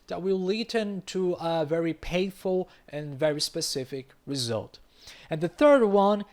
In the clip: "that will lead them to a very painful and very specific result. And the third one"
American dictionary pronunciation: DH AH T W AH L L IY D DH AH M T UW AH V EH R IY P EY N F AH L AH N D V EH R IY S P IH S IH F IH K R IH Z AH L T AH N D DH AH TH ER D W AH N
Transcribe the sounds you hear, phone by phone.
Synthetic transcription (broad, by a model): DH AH T W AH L L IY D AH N T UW AH V EH R IY P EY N F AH L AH N V EH R IY S P IH S IH F IH K R IH Z AH L T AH N DH AH TH ER D W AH N